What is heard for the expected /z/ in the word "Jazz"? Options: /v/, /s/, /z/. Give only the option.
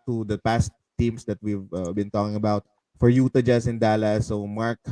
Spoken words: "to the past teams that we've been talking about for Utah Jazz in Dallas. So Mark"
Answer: /s/